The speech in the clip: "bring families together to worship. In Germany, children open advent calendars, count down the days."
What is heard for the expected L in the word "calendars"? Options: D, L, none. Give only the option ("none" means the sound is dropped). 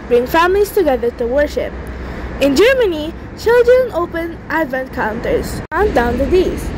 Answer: none